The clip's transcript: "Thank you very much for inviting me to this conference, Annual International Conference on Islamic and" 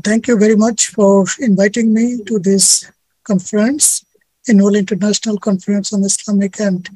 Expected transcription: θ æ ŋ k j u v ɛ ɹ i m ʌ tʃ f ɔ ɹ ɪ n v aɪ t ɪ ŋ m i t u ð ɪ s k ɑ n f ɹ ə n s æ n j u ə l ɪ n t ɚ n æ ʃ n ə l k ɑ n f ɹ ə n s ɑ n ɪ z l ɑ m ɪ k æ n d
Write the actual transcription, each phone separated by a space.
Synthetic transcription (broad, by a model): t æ ŋ k j u v ɛ ɹ i m ʌ tʃ f ɔ ɹ ɪ n v aɪ t ɪ ŋ m i t u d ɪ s k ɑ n f ɹ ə n s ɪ n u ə l ɪ n t ɚ n æ ʃ n ə l k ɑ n f ɹ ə n s ɑ n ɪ s l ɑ m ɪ k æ n d